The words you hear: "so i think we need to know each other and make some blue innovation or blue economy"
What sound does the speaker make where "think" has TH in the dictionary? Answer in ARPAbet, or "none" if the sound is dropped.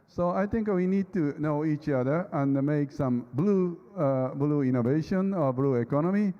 T